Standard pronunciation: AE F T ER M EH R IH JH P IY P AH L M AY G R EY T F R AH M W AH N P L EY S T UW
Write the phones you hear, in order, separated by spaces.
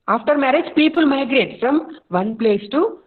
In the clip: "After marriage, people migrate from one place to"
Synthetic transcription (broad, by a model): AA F T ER M EH R IH JH P IY P AH L M AY G R EY T F R AH M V AH N P L EY S T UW